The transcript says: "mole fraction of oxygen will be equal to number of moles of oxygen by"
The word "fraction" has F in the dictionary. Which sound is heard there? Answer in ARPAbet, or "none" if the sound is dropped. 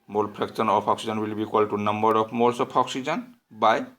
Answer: P